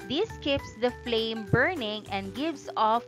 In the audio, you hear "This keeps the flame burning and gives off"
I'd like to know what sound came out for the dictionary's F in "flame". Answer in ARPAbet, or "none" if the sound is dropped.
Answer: F